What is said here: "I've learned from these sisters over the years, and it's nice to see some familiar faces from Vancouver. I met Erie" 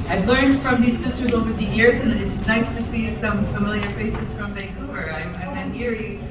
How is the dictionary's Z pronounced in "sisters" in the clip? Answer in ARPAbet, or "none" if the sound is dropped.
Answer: Z